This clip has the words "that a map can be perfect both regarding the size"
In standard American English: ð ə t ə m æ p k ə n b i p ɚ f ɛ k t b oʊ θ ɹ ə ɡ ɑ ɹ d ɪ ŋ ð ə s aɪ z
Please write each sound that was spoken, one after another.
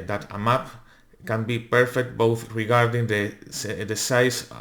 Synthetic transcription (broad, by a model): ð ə t ə m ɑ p k ə n b i p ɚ f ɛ k t b oʊ θ ɹ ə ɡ ɑ ɹ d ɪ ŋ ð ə s aɪ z